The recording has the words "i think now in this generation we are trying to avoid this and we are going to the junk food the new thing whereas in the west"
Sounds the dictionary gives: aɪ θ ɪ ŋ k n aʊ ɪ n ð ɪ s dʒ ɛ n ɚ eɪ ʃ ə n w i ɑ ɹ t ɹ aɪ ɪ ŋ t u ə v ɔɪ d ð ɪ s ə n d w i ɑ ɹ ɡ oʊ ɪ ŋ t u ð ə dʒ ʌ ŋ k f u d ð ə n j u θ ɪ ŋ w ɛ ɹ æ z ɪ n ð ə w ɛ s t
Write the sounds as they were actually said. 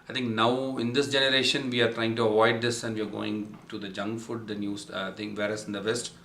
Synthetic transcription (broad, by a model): aɪ t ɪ ŋ k n aʊ ɪ n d ɪ s dʒ ɛ n ɚ eɪ ʃ ə n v i ɑ ɹ t ɹ aɪ ɪ ŋ t u ə v ɔɪ d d ɪ s ə n d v i ɑ ɹ ɡ oʊ ɪ ŋ t u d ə dʒ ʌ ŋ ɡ f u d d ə n j u t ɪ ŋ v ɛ ɹ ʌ s ɪ n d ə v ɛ s t